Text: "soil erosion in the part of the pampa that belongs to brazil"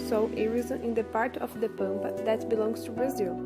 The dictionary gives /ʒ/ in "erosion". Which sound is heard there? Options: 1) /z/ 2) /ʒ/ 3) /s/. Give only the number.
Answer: 1